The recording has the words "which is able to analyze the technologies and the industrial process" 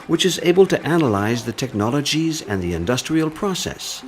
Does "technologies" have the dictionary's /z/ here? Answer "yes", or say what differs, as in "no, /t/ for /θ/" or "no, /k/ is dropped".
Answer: yes